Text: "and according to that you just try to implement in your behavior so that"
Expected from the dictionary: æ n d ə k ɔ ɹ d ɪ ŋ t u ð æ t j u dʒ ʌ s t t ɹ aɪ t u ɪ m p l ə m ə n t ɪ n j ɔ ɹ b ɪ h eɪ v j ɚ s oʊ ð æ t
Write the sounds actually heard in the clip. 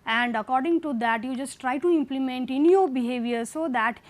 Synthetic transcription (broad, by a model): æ n d ə k ɔ ɹ d ɪ ŋ t u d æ t j u dʒ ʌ s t t ɹ aɪ t u ɪ m p l ə m ə n t ɪ n j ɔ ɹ b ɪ h eɪ v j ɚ s oʊ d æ t